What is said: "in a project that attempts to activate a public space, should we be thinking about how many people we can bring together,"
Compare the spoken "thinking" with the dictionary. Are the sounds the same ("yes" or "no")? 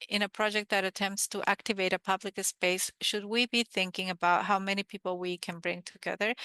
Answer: yes